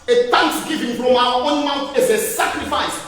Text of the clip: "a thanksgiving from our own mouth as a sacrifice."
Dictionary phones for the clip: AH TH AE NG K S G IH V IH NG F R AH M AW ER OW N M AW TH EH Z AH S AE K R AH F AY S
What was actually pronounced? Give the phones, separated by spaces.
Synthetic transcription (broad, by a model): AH T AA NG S G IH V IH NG F R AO M AW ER OW N M AW T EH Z AH S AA K R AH F AY S